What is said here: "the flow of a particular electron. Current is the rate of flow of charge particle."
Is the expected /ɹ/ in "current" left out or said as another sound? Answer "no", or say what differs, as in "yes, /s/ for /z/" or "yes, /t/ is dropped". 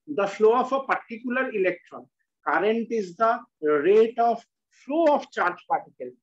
no